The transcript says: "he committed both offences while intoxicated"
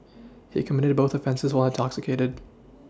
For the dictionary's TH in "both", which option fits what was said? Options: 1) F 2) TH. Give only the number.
2